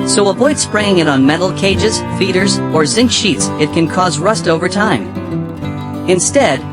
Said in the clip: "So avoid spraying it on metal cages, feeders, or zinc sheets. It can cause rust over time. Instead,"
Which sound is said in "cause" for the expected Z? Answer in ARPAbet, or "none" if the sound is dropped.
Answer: Z